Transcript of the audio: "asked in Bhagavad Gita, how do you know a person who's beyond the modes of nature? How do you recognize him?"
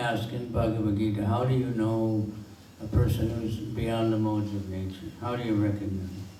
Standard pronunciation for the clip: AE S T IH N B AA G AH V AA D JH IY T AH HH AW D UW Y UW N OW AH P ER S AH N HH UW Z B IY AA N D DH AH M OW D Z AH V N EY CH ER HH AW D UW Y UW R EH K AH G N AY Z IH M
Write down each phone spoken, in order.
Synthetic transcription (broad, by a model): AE S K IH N B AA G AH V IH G IY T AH HH AW D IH Y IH N OW AH P ER S AH N HH UW Z B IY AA N DH AH M OW D Z AH V N EY CH ER HH AW D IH Y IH R EH K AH G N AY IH